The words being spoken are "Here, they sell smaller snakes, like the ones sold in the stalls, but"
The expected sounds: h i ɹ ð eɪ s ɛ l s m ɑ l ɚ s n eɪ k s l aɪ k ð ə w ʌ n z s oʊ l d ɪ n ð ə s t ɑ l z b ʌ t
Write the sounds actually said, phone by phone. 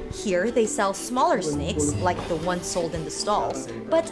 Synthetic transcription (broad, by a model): h i ɹ ð eɪ s ɛ l s m ɑ l ɚ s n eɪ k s l aɪ k ð ə w ʌ n s oʊ l d ɪ n ð ə s t ɑ l z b ʌ t